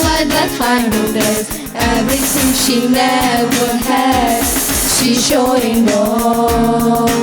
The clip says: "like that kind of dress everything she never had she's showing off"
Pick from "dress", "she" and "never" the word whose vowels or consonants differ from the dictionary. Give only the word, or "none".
dress